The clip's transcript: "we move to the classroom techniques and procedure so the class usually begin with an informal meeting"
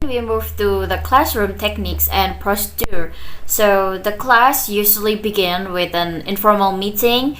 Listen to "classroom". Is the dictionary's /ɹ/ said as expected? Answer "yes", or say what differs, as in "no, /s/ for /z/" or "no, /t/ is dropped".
yes